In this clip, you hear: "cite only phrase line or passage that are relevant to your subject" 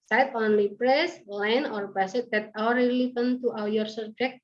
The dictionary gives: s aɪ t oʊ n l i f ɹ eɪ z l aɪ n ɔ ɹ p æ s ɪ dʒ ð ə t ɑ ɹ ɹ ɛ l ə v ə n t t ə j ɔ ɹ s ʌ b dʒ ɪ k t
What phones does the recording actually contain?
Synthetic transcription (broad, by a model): s aɪ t oʊ n l i p ɹ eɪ s l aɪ n ɔ ɹ b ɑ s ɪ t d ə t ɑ w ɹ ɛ l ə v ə n t t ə j ɔ ɹ s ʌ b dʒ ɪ k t